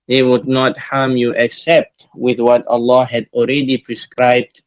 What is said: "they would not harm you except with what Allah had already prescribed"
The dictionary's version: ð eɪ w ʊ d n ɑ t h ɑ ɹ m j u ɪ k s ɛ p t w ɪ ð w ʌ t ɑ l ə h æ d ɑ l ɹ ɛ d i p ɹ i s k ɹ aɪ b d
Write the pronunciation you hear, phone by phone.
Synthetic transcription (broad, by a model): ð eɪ w ʊ d n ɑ t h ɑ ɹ m j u ɪ k s ɛ p t w ɪ ð w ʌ t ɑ l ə h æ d ɑ l ɹ ɛ d i p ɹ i s k ɹ aɪ b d